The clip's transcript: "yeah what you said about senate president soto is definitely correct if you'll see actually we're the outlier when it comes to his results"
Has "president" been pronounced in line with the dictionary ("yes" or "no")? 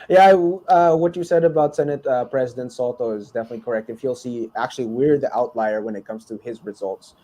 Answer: yes